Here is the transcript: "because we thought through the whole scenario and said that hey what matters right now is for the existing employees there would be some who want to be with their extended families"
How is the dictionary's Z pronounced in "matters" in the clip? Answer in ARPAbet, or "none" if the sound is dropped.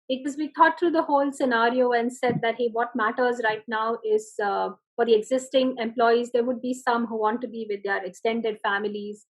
Z